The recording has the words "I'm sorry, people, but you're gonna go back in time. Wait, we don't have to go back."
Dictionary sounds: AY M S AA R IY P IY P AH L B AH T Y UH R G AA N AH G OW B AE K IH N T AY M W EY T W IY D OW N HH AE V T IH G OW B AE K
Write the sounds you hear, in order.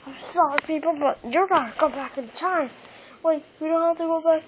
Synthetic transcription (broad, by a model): AY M S AA R IY P IY P L B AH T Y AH R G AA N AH G OW B AE K IH N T AY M W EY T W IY D OW N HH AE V T IH G OW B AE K